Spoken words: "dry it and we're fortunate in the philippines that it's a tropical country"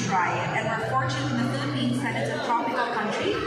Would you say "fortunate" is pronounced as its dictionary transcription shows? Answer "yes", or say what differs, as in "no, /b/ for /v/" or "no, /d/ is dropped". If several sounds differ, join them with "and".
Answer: no, /n/ is dropped